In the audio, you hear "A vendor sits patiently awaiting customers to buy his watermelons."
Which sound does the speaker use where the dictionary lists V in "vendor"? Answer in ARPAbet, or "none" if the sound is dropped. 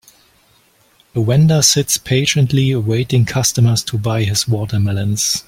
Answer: W